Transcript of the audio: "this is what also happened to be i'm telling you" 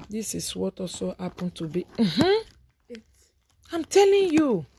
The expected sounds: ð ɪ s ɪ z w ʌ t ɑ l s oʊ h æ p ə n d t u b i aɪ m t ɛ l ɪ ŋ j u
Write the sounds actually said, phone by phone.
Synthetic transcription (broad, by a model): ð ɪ s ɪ s w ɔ t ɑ s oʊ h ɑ p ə n t u b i aɪ m t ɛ l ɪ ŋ j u